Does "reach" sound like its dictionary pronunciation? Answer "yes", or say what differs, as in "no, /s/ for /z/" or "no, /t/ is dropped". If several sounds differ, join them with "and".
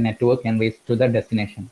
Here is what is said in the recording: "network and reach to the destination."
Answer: no, /s/ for /tʃ/